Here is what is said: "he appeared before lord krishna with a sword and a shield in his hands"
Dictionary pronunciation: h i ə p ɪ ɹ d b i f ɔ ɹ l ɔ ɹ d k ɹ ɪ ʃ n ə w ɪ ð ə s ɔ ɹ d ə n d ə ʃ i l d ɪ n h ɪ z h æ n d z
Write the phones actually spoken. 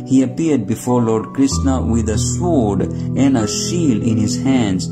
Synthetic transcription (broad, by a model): h i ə p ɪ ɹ d b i f ɔ ɹ l ɔ ɹ d k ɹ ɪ s n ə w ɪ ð ə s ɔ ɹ d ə n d ə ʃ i l ɪ n h ɪ z h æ n d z